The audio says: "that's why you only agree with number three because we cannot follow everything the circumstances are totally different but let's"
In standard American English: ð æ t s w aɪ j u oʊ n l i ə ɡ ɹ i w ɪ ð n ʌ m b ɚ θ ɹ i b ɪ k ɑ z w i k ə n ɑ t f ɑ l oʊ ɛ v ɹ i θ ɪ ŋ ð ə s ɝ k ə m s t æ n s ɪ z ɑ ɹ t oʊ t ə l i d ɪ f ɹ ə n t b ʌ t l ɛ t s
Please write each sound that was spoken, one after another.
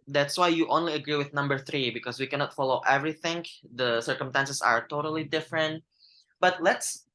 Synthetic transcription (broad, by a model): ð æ t s w aɪ j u oʊ n l i ə ɡ ɹ i w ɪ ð n ʌ m b ɚ θ ɹ i b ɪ k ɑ s w i k ə n ɑ t f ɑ l oʊ ɛ v ɹ i θ ɪ ŋ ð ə s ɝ k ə m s t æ n s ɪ s ɑ ɹ t oʊ t ə l i d ɪ f ɹ ə n t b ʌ t l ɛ t s